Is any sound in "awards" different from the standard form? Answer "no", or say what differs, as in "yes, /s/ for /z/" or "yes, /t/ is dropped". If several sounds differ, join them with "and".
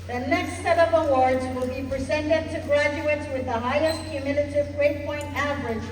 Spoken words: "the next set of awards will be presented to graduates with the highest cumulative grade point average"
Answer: no